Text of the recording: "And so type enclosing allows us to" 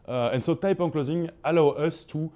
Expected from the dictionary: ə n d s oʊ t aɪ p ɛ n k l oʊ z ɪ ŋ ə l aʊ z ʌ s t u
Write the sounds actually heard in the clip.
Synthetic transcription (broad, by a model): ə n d s oʊ t aɪ p ɛ n k l oʊ z ɪ ŋ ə l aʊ ʌ s t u